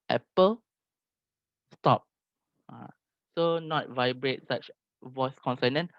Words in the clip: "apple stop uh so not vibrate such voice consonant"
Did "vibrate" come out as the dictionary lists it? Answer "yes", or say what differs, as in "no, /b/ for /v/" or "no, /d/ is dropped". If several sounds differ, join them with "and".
yes